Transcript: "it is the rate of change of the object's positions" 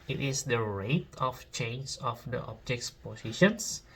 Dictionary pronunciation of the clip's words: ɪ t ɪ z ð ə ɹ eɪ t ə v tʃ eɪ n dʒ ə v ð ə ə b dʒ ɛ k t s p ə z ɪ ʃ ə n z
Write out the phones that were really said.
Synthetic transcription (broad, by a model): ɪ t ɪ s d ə ɹ eɪ t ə f tʃ eɪ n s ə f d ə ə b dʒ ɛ k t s p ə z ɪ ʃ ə n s